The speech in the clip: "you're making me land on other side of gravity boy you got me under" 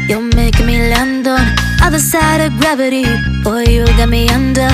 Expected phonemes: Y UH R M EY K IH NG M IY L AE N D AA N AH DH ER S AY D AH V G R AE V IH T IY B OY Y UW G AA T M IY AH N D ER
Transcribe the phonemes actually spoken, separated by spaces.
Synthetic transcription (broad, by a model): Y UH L M EY IH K M IY L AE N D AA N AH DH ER S AY D AH V G R AE V IH T IY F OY Y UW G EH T M IY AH N D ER